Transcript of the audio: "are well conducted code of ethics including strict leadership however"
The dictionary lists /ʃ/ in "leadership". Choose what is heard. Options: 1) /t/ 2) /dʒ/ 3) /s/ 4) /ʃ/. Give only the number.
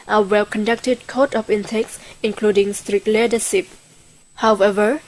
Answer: 3